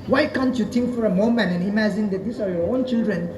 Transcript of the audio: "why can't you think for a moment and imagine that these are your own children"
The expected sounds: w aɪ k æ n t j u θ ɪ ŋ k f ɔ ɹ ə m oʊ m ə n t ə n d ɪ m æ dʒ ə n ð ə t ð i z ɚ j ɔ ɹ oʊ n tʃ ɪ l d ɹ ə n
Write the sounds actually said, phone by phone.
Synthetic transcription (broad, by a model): w aɪ k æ n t j u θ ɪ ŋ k f ɔ ɹ ə m oʊ m ə n t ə n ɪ m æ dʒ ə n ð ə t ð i s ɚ j ɔ ɹ oʊ n tʃ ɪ l d ɹ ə n